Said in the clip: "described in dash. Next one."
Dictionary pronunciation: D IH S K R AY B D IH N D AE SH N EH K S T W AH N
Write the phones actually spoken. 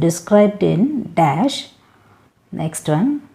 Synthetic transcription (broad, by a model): D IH S K R AY B D IH N D AE SH N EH K S T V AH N